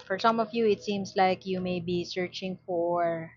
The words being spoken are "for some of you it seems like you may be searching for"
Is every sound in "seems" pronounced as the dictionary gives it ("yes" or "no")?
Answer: no